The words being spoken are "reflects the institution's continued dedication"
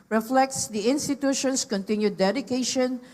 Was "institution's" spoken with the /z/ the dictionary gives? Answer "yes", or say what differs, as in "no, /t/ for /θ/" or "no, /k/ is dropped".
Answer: no, /s/ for /z/